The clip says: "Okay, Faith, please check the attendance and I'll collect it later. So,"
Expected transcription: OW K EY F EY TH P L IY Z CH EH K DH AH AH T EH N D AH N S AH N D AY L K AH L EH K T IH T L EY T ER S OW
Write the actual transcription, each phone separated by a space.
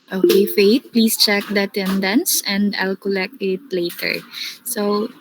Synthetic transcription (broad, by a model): OW K EY F EY T P L IY S CH EH K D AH AH T EH N D AH N S AH N D AY L K AH L EH K T IH T L EY T ER S OW